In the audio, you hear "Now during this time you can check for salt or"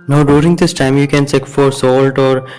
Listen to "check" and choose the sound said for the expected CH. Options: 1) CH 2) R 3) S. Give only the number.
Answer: 3